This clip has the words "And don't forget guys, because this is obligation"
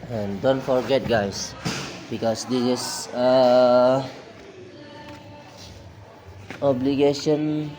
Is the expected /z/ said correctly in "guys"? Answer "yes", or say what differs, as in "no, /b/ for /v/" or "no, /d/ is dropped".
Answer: no, /s/ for /z/